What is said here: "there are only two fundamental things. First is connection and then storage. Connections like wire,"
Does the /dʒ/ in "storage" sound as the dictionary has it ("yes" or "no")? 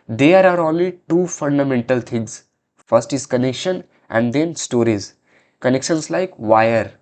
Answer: no